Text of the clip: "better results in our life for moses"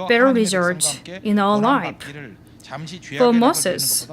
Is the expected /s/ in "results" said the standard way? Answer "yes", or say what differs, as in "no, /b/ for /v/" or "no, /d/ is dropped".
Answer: no, /s/ is dropped